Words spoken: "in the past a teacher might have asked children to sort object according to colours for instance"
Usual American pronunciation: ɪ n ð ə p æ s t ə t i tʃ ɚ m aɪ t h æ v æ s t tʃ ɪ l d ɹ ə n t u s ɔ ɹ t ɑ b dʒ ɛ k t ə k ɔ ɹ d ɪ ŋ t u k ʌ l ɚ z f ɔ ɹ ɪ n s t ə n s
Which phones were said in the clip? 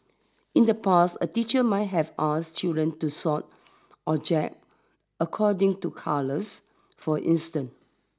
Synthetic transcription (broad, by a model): ɪ n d ə p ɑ s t ə t i tʃ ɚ m aɪ t h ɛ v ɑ s tʃ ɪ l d ɹ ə n t u s ɔ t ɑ dʒ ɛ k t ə k ɔ d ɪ ŋ t u k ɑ l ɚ s f ɔ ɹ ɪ n s t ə n